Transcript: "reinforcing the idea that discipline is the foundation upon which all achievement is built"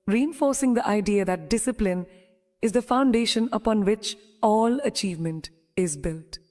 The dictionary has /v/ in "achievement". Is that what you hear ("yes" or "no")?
yes